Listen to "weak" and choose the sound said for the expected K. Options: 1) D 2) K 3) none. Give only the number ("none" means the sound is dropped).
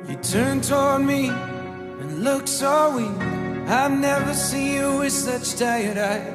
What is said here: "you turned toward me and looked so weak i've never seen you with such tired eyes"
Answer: 3